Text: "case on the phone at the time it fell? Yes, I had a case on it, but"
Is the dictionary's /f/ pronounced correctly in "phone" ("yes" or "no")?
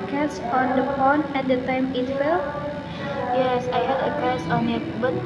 no